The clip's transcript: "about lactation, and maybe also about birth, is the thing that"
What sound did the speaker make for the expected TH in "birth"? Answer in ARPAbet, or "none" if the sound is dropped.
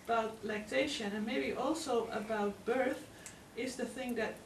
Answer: TH